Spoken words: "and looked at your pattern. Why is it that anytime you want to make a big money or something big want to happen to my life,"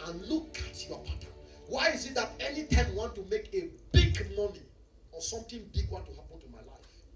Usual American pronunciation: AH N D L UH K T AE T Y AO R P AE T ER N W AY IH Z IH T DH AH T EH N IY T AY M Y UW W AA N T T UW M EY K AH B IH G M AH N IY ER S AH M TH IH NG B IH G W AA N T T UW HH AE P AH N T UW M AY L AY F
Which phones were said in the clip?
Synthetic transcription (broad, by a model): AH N L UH K AA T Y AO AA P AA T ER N W AY IH Z IH T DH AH T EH N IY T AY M W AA N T T UW M EY K AH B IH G M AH N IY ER S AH M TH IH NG B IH G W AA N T T UW HH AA P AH N T UW M AY L AY F